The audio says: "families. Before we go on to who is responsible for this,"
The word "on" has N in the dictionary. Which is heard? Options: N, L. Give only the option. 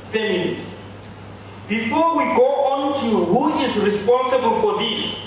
N